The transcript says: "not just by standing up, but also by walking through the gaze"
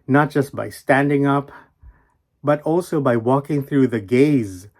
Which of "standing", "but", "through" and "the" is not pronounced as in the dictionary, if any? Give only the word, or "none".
none